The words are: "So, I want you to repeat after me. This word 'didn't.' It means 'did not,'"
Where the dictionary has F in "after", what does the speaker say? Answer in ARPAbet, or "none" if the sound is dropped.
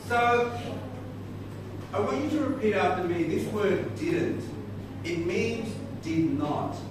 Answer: none